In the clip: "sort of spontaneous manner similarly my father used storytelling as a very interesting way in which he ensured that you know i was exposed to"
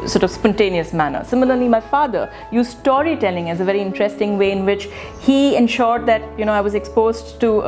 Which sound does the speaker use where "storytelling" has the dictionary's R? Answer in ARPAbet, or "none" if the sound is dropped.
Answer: R